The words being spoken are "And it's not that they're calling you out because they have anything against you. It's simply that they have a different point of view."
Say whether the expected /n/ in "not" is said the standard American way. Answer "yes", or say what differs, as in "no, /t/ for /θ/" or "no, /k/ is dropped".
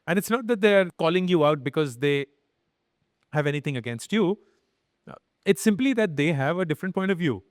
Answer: yes